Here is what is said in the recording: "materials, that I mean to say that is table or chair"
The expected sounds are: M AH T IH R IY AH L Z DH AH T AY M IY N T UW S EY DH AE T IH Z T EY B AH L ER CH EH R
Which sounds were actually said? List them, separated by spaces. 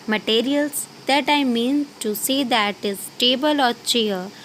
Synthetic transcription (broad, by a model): M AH T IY R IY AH L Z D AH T AY M IY N T UW S EY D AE T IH S T EY B AH L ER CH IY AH